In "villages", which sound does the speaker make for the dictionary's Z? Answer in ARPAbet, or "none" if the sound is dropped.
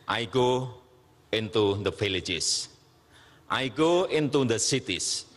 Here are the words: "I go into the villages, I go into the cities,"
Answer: S